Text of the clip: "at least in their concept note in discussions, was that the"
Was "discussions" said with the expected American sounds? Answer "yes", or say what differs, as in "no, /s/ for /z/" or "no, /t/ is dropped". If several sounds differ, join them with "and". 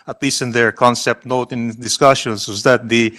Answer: no, /s/ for /z/